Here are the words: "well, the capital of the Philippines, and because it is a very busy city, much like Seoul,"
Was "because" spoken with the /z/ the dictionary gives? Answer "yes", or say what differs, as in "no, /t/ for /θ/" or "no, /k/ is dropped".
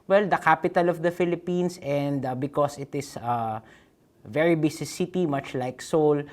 no, /s/ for /z/